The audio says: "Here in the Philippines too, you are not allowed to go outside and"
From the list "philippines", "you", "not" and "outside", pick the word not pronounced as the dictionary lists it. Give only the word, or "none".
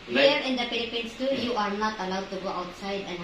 philippines